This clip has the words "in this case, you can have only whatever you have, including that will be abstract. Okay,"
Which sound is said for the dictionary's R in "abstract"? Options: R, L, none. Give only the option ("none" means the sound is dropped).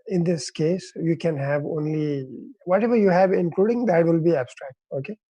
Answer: R